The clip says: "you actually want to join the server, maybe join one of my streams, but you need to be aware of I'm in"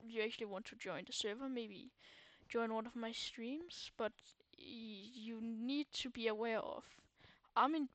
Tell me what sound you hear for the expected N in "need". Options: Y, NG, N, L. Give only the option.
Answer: N